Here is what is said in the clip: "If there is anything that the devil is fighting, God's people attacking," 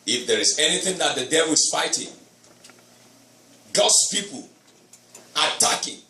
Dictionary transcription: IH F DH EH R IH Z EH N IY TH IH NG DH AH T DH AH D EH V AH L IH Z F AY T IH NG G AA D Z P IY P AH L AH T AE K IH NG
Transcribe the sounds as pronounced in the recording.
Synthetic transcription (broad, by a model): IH F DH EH R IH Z EH N IY TH IH NG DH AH T DH AH D EH V AH L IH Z F AY T IH NG G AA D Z P IY P AH L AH T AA K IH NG